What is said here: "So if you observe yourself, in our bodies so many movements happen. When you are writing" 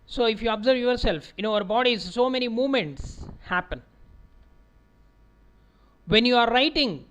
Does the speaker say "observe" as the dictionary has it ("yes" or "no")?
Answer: yes